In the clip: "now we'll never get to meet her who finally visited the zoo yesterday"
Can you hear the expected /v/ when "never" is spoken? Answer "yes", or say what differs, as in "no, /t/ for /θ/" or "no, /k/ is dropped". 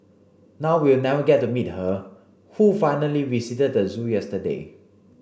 no, /v/ is dropped